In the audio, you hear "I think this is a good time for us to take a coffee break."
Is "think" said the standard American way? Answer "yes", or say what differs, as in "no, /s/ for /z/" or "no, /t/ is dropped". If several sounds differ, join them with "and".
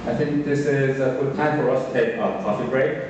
yes